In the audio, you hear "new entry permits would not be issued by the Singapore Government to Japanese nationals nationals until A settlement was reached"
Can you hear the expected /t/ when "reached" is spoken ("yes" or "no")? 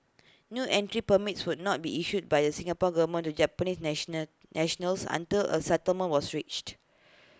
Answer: yes